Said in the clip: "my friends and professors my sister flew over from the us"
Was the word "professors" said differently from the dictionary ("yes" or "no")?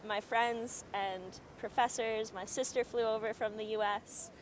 no